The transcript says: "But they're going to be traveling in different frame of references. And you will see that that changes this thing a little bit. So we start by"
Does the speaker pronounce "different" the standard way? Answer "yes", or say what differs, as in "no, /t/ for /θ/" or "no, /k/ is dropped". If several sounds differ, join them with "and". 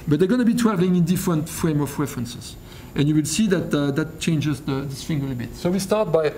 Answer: yes